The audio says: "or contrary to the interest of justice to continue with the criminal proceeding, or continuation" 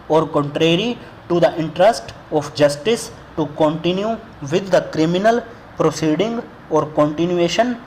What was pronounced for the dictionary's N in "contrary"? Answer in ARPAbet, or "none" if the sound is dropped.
N